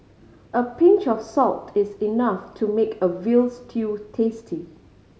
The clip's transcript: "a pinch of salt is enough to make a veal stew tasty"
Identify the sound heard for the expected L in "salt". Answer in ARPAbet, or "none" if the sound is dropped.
L